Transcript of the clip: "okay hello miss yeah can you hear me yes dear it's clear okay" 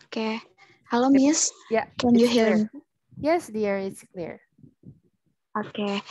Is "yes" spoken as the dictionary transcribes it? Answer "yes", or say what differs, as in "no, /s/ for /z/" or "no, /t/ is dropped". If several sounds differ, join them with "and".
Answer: yes